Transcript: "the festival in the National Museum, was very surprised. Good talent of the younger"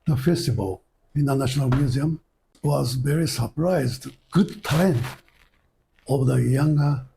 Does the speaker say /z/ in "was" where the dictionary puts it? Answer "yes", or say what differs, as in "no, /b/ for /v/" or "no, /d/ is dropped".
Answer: yes